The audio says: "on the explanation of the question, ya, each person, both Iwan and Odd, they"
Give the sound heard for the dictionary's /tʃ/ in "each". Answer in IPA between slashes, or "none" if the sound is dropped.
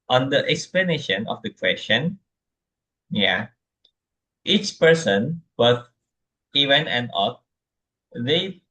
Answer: /tʃ/